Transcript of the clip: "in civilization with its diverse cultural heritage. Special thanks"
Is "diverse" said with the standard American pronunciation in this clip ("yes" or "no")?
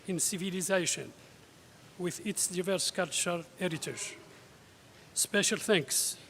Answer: yes